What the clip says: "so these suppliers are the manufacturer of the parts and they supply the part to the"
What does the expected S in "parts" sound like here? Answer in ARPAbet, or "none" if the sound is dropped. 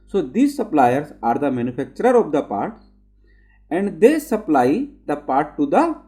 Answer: none